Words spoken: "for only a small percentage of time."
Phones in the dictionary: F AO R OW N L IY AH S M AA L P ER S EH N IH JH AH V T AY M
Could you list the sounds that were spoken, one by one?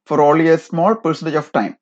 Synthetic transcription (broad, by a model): F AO R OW L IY AH S M AA L P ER S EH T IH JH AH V T AY M